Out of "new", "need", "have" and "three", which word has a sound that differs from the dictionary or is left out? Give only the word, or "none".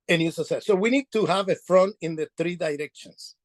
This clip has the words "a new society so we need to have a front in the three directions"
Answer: none